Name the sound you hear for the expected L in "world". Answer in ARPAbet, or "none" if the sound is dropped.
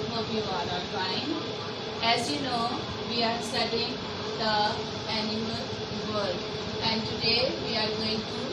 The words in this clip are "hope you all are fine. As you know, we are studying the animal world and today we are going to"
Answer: none